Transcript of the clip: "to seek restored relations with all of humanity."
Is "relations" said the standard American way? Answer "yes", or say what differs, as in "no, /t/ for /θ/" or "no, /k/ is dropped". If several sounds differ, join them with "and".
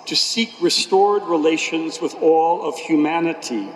yes